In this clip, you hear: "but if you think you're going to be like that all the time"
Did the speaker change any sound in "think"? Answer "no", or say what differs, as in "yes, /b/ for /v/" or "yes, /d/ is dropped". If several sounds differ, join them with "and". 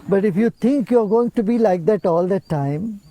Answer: yes, /t/ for /θ/